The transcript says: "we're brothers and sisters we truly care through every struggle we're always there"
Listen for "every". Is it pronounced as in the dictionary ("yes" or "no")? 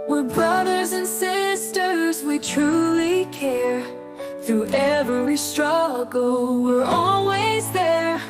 no